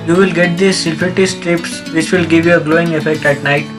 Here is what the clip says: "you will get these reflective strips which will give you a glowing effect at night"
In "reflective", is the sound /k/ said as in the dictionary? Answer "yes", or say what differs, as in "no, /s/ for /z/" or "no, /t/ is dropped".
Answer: no, /k/ is dropped